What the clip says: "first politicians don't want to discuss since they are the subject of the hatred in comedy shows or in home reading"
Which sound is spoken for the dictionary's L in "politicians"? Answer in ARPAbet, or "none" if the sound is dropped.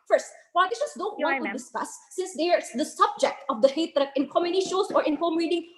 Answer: none